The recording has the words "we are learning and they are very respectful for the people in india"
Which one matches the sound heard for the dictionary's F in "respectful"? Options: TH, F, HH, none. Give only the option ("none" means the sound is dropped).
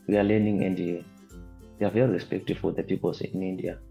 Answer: none